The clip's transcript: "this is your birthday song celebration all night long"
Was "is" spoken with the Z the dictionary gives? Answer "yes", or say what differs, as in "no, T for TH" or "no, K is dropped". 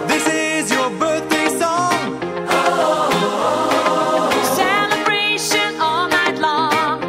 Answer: yes